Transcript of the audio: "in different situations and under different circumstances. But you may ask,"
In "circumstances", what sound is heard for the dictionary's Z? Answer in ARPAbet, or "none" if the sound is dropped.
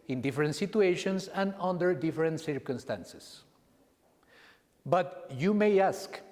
S